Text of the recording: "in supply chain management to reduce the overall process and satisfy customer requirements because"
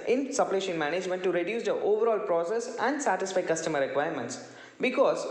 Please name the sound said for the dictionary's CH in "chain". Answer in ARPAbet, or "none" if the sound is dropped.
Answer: SH